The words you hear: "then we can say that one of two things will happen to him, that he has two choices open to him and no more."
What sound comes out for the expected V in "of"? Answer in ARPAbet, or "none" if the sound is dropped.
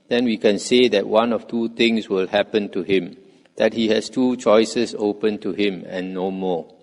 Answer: F